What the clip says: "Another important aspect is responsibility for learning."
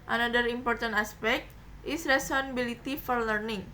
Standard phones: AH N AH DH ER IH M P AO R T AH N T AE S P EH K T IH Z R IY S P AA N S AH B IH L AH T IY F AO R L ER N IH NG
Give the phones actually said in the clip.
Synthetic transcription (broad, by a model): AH N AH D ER IH M P AO R T AH N T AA S P EH K T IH S R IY S AA N AH B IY L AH T IY F AO R L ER N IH NG